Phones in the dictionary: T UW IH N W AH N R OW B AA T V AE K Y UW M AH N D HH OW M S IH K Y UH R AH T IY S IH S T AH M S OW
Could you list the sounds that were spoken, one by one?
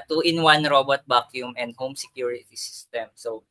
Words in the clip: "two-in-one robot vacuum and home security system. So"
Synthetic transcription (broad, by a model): T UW IH N W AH N R OW B AA T B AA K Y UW M AH N D HH OW M S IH K Y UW R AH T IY S IH S T AH M S OW